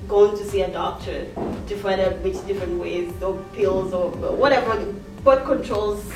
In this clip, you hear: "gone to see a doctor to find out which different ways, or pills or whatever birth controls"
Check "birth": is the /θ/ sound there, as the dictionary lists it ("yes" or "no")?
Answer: no